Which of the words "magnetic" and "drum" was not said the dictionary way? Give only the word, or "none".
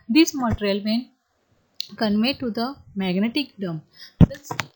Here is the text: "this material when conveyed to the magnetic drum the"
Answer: drum